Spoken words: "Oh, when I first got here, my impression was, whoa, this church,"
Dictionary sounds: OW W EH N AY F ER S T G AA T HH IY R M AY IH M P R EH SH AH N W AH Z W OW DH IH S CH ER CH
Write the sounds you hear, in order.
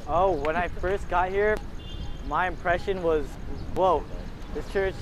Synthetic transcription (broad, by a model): OW W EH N AY F ER S T G AA T HH IY R M AY IH M P R EH SH AH N W AH Z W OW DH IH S CH ER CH